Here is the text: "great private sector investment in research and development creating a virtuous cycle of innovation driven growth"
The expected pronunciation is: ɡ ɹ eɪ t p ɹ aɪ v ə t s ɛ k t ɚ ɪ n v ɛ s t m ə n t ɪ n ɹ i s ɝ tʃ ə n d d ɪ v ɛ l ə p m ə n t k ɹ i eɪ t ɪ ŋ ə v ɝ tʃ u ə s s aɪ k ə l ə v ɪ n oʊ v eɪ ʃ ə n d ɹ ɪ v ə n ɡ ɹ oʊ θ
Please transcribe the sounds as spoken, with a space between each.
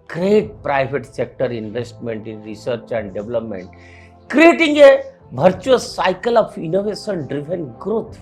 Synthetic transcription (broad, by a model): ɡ ɹ eɪ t p ɹ aɪ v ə t s ɛ k t ɚ ɪ n v ɛ s t m ə n t ɪ n ɹ i s ɝ tʃ ə n d d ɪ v l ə p m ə n t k ɹ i eɪ t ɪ ŋ ə b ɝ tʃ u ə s s aɪ k ə l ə f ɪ n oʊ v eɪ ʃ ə n d ɹ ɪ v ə n ɡ ɹ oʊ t